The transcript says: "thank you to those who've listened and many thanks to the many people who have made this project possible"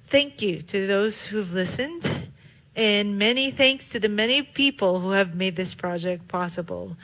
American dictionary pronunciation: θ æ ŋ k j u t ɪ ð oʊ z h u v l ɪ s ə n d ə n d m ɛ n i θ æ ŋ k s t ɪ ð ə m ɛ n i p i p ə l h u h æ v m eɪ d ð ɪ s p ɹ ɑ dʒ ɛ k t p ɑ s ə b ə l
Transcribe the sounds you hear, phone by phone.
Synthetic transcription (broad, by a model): θ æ ŋ k j u t ɪ ð oʊ z h u v l ɪ s ə n d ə n m ɛ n i θ æ ŋ k s t ɪ ð ə m ɛ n i p i p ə l h u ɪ v m eɪ d ð ɪ s p ɹ ɑ dʒ ɛ k t p ɑ s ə b l